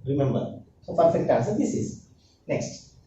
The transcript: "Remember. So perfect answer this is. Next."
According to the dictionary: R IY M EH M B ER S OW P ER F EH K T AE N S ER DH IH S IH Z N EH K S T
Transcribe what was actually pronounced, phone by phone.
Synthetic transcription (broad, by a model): R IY M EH M B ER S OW F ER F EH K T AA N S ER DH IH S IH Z N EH K S T